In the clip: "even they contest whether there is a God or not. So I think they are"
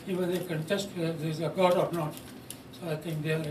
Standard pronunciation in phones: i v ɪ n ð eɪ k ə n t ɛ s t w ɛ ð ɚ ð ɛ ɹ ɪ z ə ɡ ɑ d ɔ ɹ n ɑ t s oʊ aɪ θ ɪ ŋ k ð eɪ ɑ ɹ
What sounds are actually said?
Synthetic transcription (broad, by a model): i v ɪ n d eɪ k ə n t ɛ s t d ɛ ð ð ɪ z ə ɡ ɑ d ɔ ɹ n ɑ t s oʊ aɪ t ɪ ŋ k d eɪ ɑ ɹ